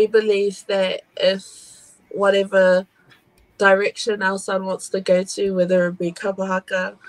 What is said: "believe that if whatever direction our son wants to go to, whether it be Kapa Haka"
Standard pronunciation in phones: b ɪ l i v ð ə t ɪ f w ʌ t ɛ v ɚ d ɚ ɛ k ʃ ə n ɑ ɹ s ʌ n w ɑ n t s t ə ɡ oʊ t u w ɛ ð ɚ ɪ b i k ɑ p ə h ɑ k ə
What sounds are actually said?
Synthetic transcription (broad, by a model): b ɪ l i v ð ə t ɪ f w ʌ t ɛ v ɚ d ɚ ɛ k ʃ ə n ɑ l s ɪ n w ɑ n t s t ə ɡ oʊ t u w ɛ ð ɚ ɪ b i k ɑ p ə h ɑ k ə